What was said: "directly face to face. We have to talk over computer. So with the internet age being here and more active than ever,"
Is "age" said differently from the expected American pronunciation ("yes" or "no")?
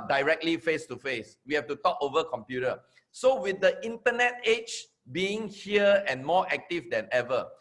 yes